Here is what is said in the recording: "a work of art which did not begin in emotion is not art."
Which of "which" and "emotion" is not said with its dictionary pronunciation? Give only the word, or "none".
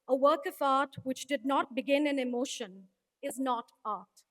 none